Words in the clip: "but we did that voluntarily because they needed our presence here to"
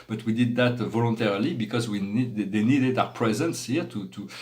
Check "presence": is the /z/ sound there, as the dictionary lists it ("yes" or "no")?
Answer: yes